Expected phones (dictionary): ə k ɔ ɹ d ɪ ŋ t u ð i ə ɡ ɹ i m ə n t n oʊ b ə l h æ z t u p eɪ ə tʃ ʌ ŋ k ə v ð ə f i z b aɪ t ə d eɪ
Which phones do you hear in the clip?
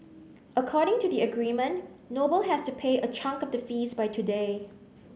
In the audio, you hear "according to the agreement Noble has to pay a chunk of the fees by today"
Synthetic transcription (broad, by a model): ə k ɔ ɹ d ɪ ŋ t u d i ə ɡ ɹ i m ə n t n oʊ b ə l h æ s t u p eɪ ə tʃ ʌ ŋ k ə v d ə f i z b aɪ t ə d eɪ